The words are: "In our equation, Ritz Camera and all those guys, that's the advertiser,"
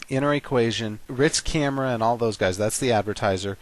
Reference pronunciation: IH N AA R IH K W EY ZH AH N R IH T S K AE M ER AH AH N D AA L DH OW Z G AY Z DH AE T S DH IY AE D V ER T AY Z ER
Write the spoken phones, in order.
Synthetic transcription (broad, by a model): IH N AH R IH K W EY ZH AH N R IH T S K AE M ER AH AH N AA L DH OW Z G AY Z DH AE T S DH IY AE D V ER T AY Z ER